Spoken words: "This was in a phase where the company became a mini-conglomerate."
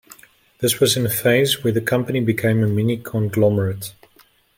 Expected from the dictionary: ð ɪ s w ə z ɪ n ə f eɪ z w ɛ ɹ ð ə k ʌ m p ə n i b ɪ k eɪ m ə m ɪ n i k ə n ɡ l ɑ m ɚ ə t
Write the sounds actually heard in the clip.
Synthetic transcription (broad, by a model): ð ɪ s w ə z ɪ n ə f eɪ z w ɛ ɹ ð ə k ʌ m p ə n i b ɪ k eɪ m ə m ɪ n i k ə n ɡ l ɑ m ɚ ə t